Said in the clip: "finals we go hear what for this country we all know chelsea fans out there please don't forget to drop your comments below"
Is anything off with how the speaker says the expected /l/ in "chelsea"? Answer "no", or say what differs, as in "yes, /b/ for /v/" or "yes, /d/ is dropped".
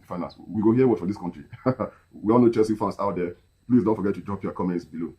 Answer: yes, /l/ is dropped